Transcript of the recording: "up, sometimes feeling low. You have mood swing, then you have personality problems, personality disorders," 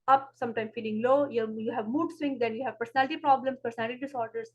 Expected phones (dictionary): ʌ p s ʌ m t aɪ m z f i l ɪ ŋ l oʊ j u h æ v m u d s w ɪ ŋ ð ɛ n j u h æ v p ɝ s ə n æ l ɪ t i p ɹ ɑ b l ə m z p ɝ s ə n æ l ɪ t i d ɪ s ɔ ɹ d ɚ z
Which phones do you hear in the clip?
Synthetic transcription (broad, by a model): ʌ p s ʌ m t aɪ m f i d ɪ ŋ l oʊ j u h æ v m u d s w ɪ ŋ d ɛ n j u h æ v p ɝ s ə n æ l ɪ t i p ɹ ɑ b l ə m s p ɝ s ə n æ l ɪ t i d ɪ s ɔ ɹ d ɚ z